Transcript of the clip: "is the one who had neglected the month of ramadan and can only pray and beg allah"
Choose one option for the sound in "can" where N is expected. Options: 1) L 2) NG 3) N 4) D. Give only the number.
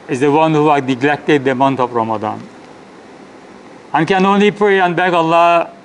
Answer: 3